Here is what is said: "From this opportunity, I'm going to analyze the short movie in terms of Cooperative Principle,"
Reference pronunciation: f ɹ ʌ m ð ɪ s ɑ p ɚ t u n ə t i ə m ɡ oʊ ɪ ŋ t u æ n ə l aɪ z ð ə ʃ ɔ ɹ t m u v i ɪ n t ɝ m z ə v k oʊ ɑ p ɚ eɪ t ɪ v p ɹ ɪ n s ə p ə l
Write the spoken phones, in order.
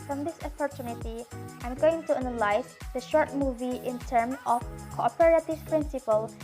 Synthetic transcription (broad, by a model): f ɹ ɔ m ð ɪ s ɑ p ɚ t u n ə t i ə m ɡ oʊ ɪ ŋ t u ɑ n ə l aɪ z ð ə ʃ ɔ ɹ t m u v i ɪ n t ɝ m ə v k oʊ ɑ p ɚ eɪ t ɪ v p ɹ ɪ n s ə p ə l